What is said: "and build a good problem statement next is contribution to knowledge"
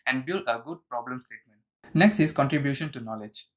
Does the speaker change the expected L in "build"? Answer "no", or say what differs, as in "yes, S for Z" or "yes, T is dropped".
no